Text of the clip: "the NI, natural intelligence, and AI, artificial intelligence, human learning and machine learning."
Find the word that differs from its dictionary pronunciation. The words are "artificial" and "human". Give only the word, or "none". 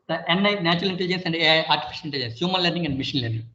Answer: artificial